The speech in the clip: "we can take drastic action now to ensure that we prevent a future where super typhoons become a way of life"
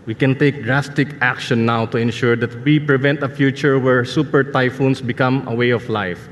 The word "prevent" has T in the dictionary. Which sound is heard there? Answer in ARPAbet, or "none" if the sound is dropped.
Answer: T